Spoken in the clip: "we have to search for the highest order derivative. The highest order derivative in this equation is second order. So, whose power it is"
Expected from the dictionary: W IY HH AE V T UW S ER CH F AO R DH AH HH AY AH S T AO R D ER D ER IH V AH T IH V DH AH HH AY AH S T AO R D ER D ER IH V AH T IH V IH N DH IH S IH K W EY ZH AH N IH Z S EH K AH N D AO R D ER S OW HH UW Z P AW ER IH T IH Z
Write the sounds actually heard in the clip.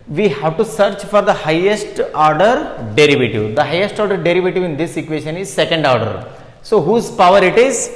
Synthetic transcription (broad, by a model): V IY HH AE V T UW S ER CH F AO R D AH HH AY AH S T AO R D ER D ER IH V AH T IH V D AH HH AY AH S T AO R D ER D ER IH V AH T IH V IH N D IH S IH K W EY SH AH N IH Z S EH K AH N D AO R D ER S OW HH UW Z P AW ER IH T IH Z